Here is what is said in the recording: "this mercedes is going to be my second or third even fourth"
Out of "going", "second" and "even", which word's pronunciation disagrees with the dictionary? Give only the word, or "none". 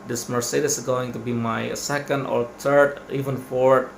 none